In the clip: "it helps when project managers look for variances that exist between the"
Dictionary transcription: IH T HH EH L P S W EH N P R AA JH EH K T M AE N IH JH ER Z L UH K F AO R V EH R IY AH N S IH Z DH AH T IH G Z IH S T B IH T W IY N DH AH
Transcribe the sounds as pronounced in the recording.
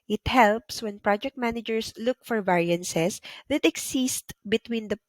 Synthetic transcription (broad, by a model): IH T HH EH L P S W EH N P R AA JH EH K T M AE N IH JH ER S L UH K F AO R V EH R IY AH N S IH S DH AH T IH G S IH S T B IH T W IY N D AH